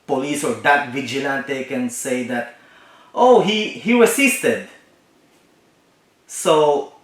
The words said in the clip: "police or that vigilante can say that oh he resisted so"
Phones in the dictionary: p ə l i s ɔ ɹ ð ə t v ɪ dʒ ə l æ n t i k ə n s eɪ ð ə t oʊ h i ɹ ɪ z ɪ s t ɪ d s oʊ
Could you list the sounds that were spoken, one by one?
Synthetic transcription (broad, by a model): p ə l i s ɔ ɹ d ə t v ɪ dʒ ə l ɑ n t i k ə n s eɪ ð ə t oʊ h i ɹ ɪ s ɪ s t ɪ d s oʊ